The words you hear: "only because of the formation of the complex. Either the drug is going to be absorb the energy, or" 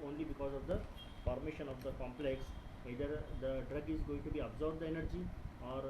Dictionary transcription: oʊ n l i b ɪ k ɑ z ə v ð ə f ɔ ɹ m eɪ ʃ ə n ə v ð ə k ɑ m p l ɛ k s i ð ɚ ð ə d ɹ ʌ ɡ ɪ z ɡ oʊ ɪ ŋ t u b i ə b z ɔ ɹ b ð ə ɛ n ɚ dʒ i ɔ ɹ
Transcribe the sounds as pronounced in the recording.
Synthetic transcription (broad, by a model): oʊ n l i b ɪ k ɑ z ə v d ə p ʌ ɹ m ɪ ʃ ə n ə v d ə k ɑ m p l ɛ k s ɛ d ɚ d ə d ɹ ʌ ɡ ɪ z ɡ oʊ ɪ ŋ t u b i ə b z ɔ ɹ b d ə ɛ n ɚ dʒ i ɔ ɹ